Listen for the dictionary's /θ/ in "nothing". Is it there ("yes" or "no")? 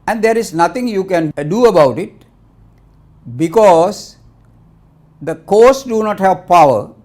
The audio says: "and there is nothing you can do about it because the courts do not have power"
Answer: no